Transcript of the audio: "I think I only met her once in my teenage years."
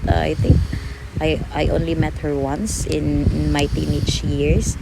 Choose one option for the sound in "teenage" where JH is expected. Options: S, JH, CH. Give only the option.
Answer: CH